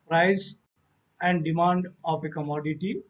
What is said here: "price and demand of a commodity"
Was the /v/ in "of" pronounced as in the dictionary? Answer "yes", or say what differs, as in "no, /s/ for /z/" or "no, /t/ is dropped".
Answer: no, /p/ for /v/